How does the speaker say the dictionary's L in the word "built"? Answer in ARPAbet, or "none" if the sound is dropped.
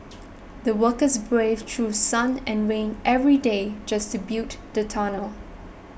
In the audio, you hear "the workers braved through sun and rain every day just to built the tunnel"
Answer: none